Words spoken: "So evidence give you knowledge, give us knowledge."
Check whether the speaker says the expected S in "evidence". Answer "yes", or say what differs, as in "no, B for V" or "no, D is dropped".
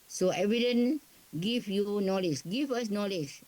no, S is dropped